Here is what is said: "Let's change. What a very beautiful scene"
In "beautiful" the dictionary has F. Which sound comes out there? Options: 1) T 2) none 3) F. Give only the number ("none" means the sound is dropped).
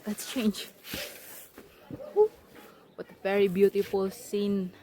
3